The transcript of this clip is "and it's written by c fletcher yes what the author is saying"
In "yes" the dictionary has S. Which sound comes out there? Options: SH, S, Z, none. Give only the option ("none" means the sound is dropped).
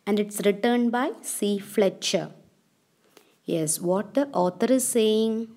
S